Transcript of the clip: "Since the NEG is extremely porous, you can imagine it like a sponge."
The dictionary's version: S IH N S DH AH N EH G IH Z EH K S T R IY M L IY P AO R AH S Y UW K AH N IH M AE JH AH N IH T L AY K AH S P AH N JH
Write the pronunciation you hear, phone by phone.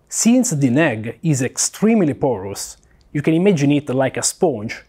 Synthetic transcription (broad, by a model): S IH N S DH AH N EH G IH Z EH K S T R IY M L IY P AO R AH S Y UW K AH N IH M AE JH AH N IH T L AY K AH S P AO N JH